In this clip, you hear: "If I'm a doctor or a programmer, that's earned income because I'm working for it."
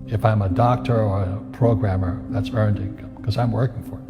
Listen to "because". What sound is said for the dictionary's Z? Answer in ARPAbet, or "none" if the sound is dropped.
none